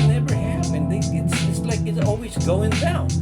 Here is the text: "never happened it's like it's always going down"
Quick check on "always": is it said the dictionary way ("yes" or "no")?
yes